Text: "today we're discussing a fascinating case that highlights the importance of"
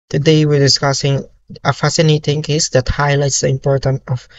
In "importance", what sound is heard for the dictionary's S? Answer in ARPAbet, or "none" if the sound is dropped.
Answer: none